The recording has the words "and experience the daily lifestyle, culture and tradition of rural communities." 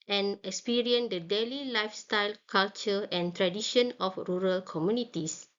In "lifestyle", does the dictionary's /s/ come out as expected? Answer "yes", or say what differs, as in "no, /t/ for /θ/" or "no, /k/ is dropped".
yes